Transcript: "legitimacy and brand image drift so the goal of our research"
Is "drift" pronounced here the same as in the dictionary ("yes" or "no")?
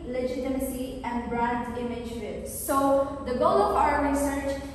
no